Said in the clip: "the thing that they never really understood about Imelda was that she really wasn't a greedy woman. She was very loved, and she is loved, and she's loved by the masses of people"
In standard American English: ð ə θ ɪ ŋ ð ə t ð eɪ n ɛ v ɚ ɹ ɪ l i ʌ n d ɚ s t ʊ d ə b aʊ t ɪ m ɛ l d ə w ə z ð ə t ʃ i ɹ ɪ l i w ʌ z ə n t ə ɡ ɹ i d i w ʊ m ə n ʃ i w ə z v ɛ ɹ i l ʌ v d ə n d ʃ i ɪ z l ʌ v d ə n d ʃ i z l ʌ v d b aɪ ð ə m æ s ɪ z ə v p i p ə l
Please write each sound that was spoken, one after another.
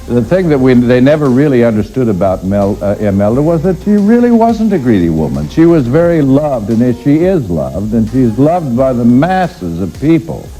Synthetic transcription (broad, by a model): ð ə θ ɪ ŋ ð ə t ð eɪ n ɛ v ɚ ɹ ɪ l i ʌ n d ɚ s t ʊ d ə b aʊ t ɪ m ɛ l d ə w ə z ð ə t ʃ i ɹ ɪ l i w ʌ z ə n t ə ɡ ɹ i d i w ʊ m ə n ʃ i w ə z v ɛ ɹ i l ʌ v d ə n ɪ ʃ i ɪ z l ʌ v d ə n ʃ i z l ʌ v d b aɪ ð ə m æ s ɪ z ə v p i p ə l